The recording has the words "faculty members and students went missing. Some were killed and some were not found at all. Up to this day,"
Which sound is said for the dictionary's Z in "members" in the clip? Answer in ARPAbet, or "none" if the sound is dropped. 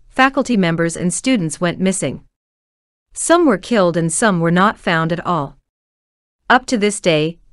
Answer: Z